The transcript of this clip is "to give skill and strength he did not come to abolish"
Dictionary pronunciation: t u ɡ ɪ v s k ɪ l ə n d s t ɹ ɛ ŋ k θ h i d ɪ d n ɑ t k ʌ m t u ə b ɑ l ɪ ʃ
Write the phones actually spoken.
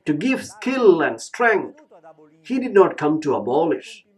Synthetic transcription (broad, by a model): t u ɡ ɪ v s k ɪ l ə n d s t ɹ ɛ ŋ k t h i d ɪ d n ɑ t k ʌ m t u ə b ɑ l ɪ ʃ